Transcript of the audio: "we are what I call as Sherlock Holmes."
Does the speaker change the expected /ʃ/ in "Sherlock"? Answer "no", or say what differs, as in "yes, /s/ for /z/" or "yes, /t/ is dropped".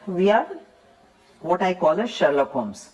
no